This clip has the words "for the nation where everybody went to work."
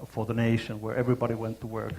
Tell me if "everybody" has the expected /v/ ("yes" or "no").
yes